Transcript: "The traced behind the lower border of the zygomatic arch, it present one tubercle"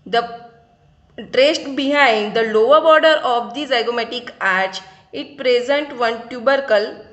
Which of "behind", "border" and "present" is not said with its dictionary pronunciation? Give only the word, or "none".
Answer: none